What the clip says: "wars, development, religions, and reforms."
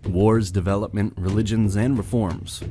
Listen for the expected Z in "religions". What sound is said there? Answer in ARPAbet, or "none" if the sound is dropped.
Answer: Z